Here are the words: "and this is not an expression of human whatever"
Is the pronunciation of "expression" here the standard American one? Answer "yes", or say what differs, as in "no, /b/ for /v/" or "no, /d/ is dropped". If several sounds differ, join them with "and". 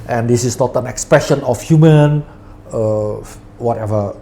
yes